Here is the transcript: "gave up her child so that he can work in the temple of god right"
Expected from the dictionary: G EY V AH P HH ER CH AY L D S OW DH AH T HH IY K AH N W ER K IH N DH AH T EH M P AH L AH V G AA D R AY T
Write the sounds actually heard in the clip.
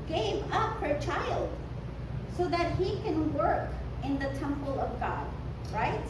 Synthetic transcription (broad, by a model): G EY V AH P HH ER CH AY L D S OW DH AH T HH IY K AH N W ER K IH N DH AH T EH M P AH L AH V G AA D R AY T